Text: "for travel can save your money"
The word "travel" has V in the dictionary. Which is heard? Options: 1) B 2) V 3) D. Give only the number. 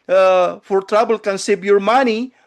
1